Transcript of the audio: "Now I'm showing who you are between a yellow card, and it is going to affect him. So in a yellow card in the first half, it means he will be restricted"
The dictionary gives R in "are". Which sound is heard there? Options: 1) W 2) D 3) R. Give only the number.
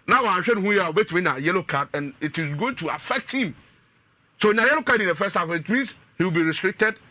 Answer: 1